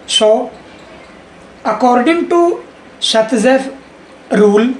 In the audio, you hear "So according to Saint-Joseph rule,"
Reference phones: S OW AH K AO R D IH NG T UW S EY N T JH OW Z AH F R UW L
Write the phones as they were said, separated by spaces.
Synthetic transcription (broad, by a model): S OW AH K AO R D IH NG T UW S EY T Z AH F R UW L